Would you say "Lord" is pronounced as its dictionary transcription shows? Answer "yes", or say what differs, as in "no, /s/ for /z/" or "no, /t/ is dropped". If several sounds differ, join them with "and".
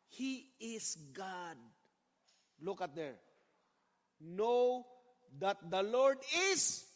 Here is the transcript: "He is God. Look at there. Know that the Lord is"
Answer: yes